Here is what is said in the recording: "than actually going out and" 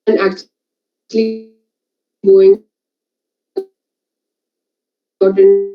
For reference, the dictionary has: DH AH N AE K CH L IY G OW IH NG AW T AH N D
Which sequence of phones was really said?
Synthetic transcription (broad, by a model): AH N AE K CH L IY G OW IH NG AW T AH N